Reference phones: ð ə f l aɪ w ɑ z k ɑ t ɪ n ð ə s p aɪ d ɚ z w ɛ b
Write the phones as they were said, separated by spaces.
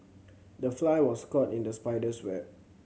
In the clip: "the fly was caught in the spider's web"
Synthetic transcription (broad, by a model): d ə f l aɪ w ɑ s k ɑ t ɪ n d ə s p aɪ d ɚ s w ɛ